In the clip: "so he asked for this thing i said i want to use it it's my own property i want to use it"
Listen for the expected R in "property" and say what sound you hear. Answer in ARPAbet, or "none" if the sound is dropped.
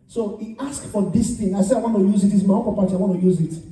none